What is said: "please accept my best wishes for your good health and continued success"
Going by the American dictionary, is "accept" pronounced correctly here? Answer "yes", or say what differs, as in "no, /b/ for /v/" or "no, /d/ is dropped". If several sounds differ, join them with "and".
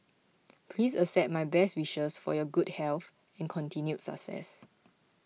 no, /k/ is dropped and /p/ is dropped